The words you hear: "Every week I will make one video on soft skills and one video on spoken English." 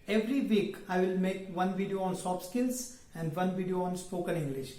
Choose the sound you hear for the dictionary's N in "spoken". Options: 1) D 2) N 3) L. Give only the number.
3